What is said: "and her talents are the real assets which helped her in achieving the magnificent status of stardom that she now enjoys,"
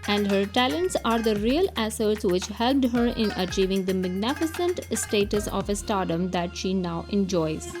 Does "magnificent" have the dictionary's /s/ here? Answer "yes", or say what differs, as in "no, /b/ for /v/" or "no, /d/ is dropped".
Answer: yes